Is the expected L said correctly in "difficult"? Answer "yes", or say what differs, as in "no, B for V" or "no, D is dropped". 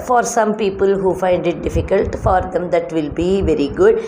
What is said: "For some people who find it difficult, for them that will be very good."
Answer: yes